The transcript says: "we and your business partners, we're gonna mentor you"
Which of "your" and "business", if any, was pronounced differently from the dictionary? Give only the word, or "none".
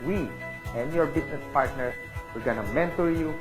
business